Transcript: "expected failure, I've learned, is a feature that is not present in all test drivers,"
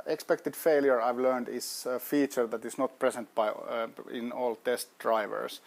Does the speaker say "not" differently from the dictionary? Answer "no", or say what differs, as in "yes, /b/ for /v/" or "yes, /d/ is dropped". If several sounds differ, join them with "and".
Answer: no